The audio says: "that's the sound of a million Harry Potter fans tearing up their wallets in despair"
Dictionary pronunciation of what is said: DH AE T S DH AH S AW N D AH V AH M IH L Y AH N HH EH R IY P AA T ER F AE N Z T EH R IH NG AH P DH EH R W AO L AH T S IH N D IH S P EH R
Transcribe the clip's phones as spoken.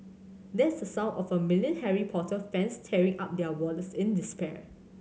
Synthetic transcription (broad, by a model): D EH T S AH S AW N AH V AH M IH L Y AH N HH EH R IY P AA T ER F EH N S T EH R IH NG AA P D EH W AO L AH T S IH N D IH S P EH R